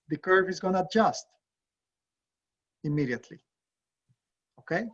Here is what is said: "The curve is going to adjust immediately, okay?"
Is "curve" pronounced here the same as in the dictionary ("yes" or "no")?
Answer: yes